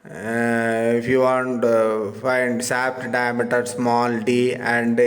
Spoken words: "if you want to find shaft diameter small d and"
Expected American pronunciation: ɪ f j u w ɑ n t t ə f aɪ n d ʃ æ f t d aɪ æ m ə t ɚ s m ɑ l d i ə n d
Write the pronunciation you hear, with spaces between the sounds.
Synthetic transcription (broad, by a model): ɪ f j u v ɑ n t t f aɪ n d s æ p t d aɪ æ m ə t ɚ s m ɑ l d i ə n d